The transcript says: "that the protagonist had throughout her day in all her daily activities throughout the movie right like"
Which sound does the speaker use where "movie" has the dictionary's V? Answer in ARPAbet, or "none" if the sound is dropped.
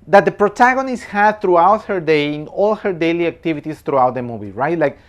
B